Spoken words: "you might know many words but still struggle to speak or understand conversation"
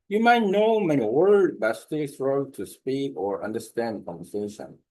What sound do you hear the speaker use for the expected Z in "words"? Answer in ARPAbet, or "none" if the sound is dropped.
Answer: none